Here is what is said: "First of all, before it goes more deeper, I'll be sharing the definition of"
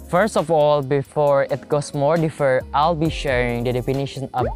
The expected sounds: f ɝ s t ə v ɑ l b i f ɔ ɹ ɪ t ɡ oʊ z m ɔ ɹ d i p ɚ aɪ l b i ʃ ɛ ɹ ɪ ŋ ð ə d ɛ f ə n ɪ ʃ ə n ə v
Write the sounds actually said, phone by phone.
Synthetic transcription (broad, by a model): f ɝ s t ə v ɑ l b i f ɔ ɹ ɪ t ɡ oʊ s m ɔ ɹ d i f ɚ aɪ l b i ʃ ɛ ɹ ɪ ŋ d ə d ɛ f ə n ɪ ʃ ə n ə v